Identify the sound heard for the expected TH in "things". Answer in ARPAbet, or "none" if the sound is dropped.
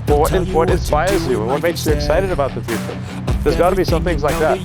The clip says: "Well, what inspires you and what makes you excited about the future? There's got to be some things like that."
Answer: TH